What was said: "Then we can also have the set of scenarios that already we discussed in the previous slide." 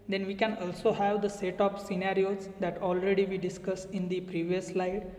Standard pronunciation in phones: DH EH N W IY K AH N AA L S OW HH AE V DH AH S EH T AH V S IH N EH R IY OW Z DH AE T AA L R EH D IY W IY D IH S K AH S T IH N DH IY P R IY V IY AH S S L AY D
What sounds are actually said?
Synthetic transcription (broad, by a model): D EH N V IY K AH N AA L S OW HH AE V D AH S EH T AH P S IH N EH R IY OW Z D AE T AA L R EH D IY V IY D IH S K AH S IH N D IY P R IY V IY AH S S L AY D